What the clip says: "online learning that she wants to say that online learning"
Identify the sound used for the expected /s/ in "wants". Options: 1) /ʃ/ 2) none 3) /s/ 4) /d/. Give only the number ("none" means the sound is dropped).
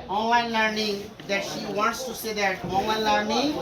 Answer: 3